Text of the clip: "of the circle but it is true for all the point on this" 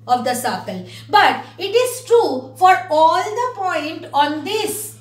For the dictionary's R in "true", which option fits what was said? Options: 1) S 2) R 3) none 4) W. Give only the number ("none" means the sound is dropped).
2